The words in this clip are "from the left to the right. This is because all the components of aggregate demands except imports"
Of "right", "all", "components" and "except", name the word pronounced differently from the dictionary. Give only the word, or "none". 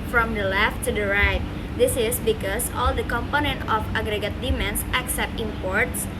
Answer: components